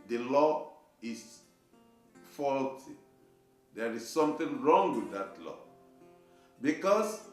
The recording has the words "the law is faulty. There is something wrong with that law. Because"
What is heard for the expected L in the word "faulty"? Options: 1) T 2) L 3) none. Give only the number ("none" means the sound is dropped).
2